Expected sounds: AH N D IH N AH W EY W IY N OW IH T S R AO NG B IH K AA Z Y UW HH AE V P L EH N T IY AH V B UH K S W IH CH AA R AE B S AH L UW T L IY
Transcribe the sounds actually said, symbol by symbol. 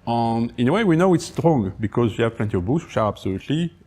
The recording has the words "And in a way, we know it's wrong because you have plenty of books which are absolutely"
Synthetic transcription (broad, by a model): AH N IH N AH W EY W IY N OW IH T S R AO NG B IH K AA Z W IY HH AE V P L EH N T IY AH V B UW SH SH AA R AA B S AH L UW T L IY